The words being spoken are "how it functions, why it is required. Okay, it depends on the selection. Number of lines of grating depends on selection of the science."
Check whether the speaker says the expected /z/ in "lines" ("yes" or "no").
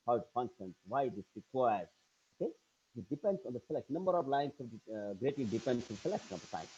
no